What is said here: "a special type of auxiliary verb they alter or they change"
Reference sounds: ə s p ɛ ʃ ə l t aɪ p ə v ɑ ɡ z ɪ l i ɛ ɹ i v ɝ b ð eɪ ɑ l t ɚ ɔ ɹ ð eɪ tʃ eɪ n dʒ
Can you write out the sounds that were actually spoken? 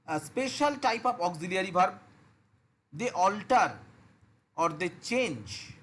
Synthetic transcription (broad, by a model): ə s p ɛ ʃ ə l t aɪ p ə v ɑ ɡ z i l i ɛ ɹ i b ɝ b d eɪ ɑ l t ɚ ɔ ɹ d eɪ tʃ eɪ n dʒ